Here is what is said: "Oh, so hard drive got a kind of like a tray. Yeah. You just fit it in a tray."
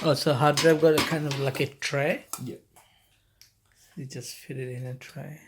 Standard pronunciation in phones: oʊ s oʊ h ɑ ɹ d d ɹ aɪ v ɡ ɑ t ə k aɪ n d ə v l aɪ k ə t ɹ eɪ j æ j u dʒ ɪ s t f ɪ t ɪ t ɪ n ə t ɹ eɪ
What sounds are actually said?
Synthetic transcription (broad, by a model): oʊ s oʊ h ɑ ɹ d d ɹ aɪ b ɡ ɑ t k aɪ n d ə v l aɪ k ə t ɹ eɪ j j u dʒ ɪ s t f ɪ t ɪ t ɪ n ə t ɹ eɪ